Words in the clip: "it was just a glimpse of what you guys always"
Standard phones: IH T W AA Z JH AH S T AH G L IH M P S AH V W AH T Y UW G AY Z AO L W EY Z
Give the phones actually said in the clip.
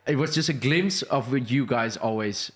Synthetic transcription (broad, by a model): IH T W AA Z JH AH S T AH G L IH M S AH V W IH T Y UW G AY Z AO L W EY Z